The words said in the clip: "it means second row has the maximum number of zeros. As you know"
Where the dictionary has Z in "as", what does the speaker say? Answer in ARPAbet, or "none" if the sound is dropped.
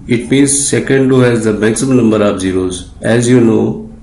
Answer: Z